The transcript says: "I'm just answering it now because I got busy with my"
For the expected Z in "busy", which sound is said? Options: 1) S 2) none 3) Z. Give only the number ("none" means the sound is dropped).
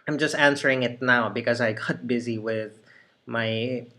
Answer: 3